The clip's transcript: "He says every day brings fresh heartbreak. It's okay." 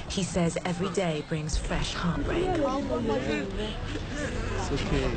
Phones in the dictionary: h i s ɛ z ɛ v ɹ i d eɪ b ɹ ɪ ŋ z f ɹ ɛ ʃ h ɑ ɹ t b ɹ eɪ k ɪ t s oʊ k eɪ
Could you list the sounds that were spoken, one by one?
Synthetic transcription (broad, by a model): h i s ɛ z ɛ v ɹ i d eɪ b ɹ ɪ ŋ z f ɹ ɛ ʃ h ɑ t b ɹ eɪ ɪ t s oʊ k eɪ